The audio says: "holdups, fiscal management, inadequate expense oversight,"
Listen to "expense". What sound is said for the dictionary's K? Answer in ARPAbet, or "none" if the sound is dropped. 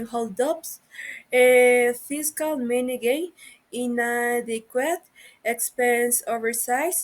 K